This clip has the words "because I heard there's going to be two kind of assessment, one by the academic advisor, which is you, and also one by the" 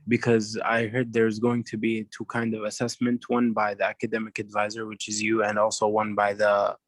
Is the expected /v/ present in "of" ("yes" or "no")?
yes